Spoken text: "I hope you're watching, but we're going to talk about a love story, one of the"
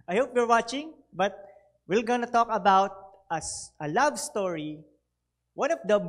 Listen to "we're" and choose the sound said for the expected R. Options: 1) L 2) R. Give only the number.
1